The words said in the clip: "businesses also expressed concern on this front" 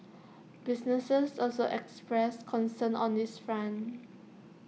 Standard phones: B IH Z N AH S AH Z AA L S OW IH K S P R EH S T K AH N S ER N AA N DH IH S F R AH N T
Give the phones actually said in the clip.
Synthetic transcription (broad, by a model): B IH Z N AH S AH S AA L S OW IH K S P R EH S K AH N S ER N AA N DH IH S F R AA N